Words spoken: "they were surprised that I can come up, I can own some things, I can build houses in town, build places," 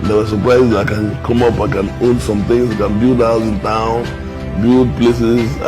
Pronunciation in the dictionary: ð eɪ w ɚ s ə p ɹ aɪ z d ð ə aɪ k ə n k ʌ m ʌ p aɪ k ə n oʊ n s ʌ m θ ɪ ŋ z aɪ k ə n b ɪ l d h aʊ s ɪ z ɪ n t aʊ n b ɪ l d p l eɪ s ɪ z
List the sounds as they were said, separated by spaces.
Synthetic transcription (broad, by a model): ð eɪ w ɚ s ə p ɹ aɪ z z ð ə aɪ k ə n k ʌ m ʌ p aɪ k ə n oʊ n s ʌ m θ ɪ ŋ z aɪ k ə n b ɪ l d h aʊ ɪ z ɪ n t aʊ n b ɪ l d p l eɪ s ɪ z